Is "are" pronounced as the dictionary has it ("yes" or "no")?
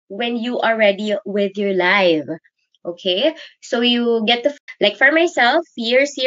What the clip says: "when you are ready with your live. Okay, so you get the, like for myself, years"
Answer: no